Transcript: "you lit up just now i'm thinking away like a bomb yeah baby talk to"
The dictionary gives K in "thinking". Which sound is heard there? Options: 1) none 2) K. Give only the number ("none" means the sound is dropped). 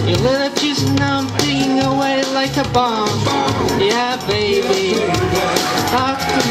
1